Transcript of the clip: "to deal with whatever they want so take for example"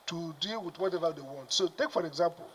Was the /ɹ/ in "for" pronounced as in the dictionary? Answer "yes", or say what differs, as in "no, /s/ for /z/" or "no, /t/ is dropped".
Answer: yes